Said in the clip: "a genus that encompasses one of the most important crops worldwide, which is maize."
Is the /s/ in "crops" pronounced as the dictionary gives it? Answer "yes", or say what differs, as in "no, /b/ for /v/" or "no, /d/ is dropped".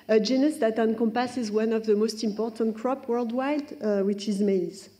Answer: no, /s/ is dropped